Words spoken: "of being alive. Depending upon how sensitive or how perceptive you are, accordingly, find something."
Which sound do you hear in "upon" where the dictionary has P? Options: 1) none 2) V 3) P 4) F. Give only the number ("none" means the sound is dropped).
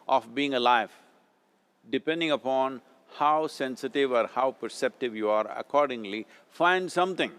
3